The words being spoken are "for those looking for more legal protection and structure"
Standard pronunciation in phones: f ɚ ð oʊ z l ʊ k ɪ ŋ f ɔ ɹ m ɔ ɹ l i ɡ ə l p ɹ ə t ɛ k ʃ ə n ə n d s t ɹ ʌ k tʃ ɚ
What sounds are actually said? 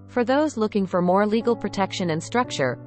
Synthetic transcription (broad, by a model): f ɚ ð oʊ z l ʊ k ɪ ŋ f ɔ ɹ m ɔ ɹ l i ɡ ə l p ɹ ə t ɛ k ʃ ə n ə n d s t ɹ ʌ k tʃ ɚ